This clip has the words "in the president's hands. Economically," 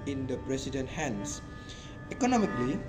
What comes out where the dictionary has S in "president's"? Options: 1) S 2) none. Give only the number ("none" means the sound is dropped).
2